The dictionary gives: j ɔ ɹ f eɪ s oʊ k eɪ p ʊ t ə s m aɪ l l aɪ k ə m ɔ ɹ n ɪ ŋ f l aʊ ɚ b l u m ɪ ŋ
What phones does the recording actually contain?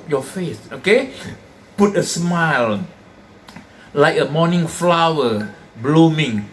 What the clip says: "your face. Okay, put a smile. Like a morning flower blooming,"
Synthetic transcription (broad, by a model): j ɔ f eɪ s oʊ k eɪ p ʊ t ə s m aɪ l l aɪ k ə m ɔ n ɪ ŋ f l aʊ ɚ b l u m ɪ ŋ